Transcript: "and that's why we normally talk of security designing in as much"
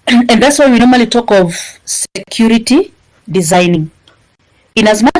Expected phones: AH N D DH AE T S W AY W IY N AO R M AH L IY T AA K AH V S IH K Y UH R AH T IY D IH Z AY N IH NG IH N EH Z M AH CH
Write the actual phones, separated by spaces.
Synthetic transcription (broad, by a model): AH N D DH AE T S W AY W IY N AO R M AH L IY T AA K AH V S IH K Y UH R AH T IY D IH Z AY N IH NG IH N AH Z M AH